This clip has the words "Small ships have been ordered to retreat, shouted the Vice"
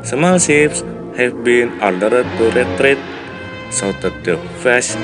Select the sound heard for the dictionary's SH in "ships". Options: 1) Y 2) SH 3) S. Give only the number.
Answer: 3